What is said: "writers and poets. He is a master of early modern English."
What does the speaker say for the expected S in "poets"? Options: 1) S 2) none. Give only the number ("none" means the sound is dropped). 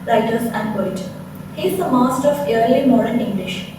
2